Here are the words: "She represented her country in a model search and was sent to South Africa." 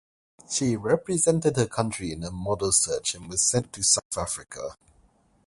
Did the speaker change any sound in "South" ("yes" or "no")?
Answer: no